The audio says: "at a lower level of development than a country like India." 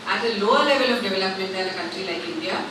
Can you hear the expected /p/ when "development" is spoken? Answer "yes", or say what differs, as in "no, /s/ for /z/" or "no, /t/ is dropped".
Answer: yes